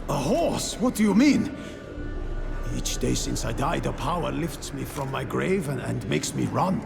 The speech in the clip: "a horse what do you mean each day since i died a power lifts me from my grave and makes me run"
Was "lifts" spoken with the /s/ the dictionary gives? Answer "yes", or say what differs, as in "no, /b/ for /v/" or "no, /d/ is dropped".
yes